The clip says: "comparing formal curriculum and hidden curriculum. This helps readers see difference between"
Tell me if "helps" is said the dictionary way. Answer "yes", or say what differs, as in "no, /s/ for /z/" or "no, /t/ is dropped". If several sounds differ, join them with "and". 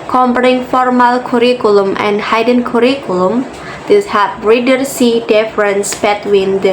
no, /l/ is dropped and /s/ is dropped